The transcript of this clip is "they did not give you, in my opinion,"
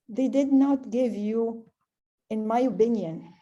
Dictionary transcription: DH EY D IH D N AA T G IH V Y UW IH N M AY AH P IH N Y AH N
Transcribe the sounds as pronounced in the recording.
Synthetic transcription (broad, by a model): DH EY D IH D N AA T G IH V Y UW IH N M AY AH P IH N Y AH N